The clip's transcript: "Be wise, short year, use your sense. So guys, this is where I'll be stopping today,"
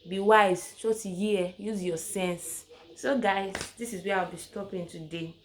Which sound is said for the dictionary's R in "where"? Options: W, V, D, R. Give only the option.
W